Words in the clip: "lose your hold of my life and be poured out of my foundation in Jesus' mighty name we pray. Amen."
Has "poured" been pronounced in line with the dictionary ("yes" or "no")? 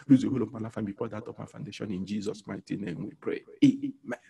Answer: no